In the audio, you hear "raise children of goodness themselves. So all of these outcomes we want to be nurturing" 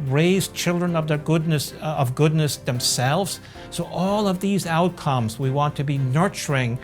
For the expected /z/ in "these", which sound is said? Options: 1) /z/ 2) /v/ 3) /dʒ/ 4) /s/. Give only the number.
1